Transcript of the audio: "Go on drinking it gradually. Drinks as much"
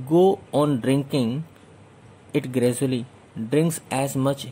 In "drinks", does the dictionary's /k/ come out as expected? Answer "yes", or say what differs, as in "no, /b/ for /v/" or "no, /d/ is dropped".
yes